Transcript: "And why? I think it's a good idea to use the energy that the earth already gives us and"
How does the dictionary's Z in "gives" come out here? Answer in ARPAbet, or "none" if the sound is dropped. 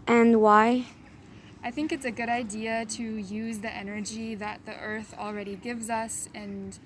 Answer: Z